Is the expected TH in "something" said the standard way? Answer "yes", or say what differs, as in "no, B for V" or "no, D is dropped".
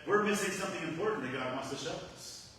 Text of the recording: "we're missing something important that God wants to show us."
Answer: yes